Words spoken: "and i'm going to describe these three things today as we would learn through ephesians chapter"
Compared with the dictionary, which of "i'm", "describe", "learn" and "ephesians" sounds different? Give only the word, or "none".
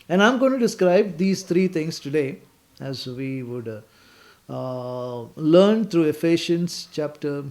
ephesians